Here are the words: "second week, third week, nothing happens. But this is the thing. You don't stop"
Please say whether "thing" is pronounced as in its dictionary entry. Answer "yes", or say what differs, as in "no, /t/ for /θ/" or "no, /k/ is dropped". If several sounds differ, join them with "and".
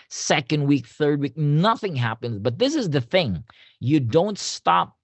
yes